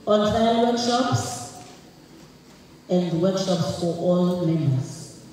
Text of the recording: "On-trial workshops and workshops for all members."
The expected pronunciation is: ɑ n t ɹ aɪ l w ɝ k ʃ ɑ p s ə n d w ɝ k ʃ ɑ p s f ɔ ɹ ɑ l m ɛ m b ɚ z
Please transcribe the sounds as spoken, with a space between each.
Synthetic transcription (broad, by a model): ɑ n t aɪ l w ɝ k ʃ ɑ p s ə n d w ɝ k ʃ ɑ p s f ɔ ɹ ɑ l m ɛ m b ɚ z